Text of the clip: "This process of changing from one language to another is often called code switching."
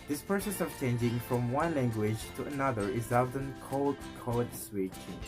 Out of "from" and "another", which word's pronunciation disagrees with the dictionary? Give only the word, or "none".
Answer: none